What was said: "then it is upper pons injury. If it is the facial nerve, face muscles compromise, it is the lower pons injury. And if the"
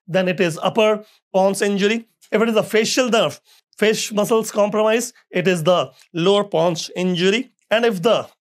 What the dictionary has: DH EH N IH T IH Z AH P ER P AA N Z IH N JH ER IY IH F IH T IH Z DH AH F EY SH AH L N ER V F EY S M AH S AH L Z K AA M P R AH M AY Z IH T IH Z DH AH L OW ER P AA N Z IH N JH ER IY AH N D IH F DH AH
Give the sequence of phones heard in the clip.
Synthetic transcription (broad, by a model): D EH N IH T IH Z AH P ER P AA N S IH N JH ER IY IH F IH T IH Z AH F EY SH AH L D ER F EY SH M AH S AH L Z K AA M P R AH M AY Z IH T IH Z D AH L OW ER P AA N S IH N JH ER IY AH N D IH F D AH